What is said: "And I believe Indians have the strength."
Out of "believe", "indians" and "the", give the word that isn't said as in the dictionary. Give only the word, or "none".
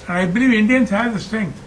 none